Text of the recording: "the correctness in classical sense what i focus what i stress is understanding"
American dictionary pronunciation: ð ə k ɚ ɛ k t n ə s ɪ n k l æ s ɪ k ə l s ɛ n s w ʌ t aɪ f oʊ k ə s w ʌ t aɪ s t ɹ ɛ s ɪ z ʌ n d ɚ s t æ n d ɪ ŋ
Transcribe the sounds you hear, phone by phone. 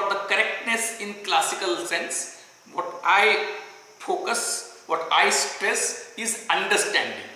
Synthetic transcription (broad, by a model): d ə k ɚ ɛ k t n ə s ɪ n k l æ s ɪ k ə l s ɛ n s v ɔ t aɪ f oʊ k ə s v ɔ t aɪ s t ɹ ɛ s ɪ z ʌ n d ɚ s t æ n d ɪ ŋ